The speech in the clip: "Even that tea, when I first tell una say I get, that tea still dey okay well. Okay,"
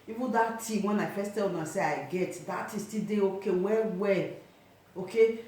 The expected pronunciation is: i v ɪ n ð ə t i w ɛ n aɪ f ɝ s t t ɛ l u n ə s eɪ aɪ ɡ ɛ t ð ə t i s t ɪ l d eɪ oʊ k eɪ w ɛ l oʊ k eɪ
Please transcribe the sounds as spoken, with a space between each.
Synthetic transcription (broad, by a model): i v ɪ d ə t i w ɛ n aɪ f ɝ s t t ɛ l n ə s eɪ aɪ ɡ ɛ t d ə t i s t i d eɪ oʊ k eɪ w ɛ w oʊ k eɪ